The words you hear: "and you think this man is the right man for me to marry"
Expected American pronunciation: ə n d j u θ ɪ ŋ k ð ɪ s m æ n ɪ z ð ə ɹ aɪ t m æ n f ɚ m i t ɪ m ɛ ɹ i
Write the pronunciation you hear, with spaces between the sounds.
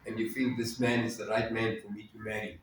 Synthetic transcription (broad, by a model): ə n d j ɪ f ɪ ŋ ð ɪ s m æ n ɪ z ð ə ɹ aɪ t m æ n f ɚ m i t ɪ m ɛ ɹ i